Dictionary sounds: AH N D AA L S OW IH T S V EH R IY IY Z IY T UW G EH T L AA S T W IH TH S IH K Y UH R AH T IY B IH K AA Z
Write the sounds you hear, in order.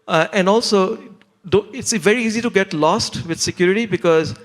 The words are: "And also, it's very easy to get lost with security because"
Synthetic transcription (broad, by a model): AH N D AA L S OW IH T S V EH R IY IY Z IY T UW G EH T L AA S T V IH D S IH K Y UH R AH T IY B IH K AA Z